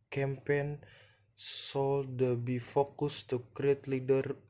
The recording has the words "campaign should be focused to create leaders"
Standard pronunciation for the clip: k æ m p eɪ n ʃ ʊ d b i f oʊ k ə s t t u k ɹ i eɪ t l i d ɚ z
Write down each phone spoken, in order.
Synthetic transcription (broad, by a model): k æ m p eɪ n s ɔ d b i f oʊ k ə s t t u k ɹ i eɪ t l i d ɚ